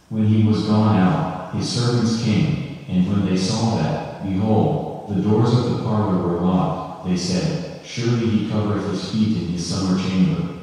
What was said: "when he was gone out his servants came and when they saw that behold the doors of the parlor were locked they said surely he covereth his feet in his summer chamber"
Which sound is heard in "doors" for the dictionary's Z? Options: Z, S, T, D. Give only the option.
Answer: Z